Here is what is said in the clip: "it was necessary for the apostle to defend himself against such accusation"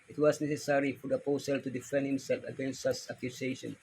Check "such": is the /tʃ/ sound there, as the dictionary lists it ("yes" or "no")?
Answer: no